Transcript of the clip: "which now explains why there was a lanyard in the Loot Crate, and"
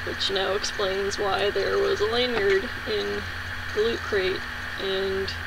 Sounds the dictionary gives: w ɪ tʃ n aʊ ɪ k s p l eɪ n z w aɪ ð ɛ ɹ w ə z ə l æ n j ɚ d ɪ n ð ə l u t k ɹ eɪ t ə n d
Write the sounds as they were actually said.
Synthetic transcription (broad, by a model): w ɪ tʃ n aʊ ɪ k s p l eɪ n z w aɪ ð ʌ ɹ w ə z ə l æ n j ɚ d ɪ n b l u t k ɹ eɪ t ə n